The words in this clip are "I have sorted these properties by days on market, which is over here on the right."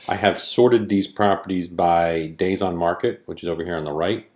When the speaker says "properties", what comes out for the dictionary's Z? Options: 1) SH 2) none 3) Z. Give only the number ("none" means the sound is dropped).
3